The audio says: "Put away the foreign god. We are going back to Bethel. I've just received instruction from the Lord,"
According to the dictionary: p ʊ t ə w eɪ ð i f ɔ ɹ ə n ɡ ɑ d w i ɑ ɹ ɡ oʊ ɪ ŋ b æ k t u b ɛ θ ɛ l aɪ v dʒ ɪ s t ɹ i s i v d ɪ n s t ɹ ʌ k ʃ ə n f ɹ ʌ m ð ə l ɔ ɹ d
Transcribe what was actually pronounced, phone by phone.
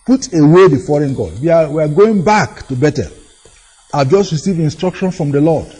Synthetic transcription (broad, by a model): p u t ə w eɪ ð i f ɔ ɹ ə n ɡ ɑ d w i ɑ w ɡ oʊ ɪ ŋ b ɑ k t u b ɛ t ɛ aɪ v dʒ ɪ s t ɹ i s i v ɪ n s t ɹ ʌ k ʃ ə n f ɹ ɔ m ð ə l ɔ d